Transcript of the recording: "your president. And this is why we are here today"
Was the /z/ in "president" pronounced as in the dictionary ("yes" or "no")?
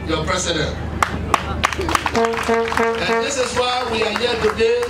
no